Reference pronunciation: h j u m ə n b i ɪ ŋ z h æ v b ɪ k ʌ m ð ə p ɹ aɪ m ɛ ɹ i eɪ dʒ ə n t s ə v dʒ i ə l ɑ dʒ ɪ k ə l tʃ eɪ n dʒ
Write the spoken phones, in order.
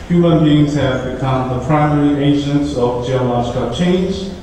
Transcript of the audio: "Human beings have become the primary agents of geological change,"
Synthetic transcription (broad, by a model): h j u m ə n b i ɪ ŋ z h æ v b ɪ k ʌ m ð ə p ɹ aɪ m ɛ ɹ i eɪ dʒ ə n t s ə v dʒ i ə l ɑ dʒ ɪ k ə tʃ eɪ n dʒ